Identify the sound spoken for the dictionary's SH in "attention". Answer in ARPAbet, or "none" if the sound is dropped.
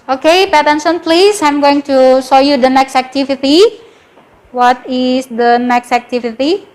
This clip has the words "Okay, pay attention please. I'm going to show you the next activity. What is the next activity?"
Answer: S